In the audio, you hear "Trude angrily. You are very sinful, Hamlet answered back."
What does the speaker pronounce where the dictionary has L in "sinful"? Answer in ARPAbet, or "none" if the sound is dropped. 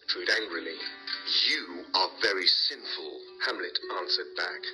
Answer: L